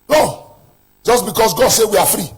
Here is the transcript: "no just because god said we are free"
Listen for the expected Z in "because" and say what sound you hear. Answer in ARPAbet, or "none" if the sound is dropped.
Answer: S